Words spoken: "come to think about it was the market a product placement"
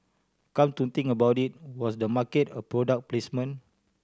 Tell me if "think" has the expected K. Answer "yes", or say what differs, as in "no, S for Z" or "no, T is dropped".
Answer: no, K is dropped